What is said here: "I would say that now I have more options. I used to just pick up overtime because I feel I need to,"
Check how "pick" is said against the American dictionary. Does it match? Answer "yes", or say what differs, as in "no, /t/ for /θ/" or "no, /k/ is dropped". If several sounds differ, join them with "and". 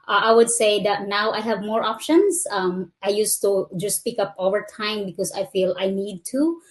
yes